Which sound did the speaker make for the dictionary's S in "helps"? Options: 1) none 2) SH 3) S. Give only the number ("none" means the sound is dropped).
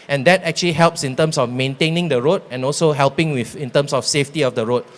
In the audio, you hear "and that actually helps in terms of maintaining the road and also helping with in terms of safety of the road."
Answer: 3